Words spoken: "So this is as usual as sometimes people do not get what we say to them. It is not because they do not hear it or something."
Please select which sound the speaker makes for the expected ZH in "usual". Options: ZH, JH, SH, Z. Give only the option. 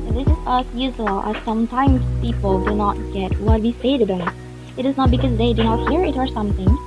Z